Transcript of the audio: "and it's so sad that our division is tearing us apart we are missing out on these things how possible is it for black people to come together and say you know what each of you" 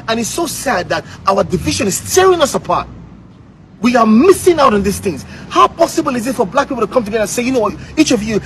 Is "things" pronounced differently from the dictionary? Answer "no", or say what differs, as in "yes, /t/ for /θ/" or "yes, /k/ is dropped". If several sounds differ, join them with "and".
no